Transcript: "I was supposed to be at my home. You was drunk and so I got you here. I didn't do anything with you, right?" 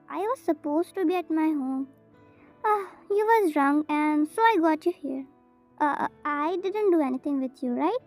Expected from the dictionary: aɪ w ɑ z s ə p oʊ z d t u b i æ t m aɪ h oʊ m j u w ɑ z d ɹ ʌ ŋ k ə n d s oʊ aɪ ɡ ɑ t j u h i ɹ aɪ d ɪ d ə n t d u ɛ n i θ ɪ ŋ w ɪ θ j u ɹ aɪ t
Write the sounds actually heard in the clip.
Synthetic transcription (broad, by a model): aɪ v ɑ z s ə p oʊ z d t u b i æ t m aɪ h oʊ m j u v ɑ z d ɹ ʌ ŋ ə n d s oʊ aɪ ɡ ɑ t j u h i ɹ aɪ d ɪ d ə n t d u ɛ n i t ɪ ŋ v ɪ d j u ɹ aɪ t